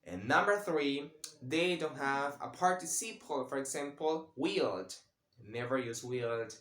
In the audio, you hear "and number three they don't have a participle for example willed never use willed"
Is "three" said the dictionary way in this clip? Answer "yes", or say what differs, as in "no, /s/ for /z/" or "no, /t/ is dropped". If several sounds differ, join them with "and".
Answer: yes